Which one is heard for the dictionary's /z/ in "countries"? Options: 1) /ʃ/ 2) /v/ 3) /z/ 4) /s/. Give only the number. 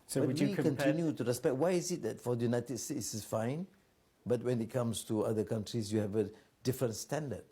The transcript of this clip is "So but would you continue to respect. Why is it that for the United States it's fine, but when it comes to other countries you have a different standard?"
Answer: 4